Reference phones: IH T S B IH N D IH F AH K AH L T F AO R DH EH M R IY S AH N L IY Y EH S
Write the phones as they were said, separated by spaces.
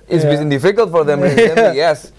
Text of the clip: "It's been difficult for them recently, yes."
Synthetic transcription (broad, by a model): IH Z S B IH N D IH F AH K AH L T F AO R DH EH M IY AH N IY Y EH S